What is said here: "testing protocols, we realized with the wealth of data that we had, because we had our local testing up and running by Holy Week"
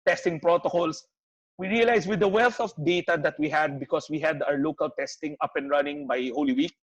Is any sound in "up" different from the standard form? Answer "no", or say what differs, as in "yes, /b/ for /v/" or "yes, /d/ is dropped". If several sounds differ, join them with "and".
no